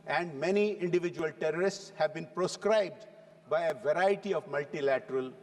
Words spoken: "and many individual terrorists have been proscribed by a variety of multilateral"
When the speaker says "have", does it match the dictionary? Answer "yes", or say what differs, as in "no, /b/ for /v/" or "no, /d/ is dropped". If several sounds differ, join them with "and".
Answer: yes